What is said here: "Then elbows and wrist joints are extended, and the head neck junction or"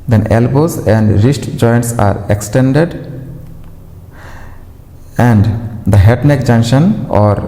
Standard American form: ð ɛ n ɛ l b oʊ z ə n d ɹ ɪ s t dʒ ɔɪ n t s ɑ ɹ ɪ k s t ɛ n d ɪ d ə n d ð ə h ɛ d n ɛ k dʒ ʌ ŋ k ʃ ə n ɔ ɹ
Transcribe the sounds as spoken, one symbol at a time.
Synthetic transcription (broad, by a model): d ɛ n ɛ l b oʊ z ə n d ɹ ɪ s t dʒ ɔɪ n t s ɑ ɹ ɪ k s t ɛ n d ɪ d ə n d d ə h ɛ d n ɛ k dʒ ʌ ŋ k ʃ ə n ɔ ɹ